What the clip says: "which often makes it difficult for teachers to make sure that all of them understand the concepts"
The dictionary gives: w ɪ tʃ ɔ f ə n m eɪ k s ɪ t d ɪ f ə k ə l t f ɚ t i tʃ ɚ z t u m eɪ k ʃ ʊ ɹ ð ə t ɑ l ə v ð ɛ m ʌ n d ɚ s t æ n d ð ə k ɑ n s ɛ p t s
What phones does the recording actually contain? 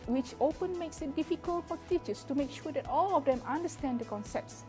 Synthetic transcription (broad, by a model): w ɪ tʃ ɔ p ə n m eɪ k s ɪ t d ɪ f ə k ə l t f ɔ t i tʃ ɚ s t u m eɪ k ʃ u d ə t ɑ l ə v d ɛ m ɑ n d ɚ s t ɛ n d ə k ɑ n s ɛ p t s